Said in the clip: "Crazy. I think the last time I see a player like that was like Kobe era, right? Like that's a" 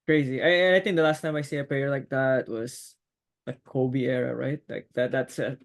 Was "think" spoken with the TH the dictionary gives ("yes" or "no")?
yes